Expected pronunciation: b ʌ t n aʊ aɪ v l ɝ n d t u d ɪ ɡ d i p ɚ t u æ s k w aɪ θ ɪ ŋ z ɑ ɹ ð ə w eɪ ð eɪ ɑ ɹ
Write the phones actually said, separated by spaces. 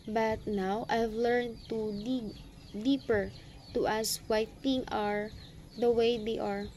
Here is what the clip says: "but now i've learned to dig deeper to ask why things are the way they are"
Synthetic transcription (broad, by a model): b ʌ t n aʊ aɪ v l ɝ n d t u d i d i p ɚ t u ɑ s w aɪ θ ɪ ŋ ɑ ɹ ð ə w eɪ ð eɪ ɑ ɹ